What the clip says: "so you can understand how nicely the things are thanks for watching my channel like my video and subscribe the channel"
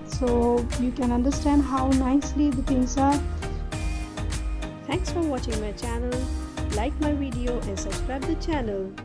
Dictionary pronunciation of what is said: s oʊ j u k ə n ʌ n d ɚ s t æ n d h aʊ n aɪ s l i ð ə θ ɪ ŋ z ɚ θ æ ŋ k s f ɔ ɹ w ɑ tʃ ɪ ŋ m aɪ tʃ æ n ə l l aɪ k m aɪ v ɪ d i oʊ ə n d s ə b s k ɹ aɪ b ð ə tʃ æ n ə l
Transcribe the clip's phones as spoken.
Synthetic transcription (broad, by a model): s oʊ j u k ə n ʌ n d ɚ s t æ n d h aʊ n aɪ s l i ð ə t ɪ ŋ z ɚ t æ ŋ k s f ɔ ɹ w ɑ tʃ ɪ ŋ m aɪ tʃ æ n ə l l aɪ k m aɪ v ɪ d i oʊ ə n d s ə b s k ɹ aɪ b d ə tʃ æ n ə l